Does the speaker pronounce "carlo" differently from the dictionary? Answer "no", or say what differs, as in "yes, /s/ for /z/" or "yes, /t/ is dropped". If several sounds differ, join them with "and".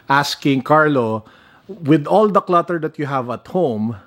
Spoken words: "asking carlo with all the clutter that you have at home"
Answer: no